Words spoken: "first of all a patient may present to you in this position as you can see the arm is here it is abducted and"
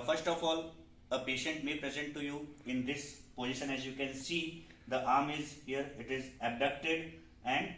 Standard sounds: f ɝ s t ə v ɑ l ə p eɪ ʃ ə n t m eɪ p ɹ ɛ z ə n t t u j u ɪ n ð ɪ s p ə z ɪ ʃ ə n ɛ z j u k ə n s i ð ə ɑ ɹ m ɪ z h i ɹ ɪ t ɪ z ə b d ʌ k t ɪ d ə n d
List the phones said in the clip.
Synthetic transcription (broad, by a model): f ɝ s t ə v ɑ l ə p eɪ ʃ ə n t m eɪ p ɹ ɛ z ə n t t u j u ɪ n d ɪ s p ə z ɪ ʃ ə n ɛ z j u k ə n s i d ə ɑ ɹ m ɪ z h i ɹ ɪ t ɪ z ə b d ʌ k t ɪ d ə n d